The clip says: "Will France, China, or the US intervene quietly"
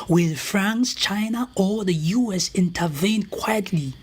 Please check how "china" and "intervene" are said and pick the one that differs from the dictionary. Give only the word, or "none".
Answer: none